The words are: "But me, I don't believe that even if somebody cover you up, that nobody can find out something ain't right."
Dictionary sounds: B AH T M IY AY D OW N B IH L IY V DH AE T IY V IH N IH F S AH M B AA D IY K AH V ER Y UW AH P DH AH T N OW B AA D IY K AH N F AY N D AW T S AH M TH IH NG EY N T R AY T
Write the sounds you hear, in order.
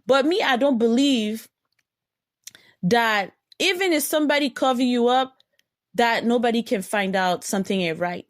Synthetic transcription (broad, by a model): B AH T M IY AY D OW N B IH L IY V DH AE T IY V IH N IH F S AH M B AA D IY K AH V ER Y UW AH P DH AH T N OW B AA D IY K AH N F AY N D AW T S AH M TH IH NG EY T R AY T